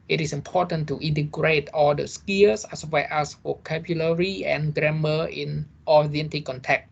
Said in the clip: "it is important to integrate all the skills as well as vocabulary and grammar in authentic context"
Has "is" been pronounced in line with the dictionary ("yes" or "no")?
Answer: no